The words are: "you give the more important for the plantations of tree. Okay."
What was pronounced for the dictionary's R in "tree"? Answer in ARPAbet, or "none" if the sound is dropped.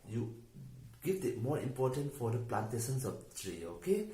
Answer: R